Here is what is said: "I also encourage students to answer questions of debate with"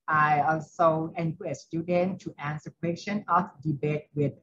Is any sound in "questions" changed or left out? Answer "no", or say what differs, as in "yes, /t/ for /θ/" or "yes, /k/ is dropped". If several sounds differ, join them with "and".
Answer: yes, /z/ is dropped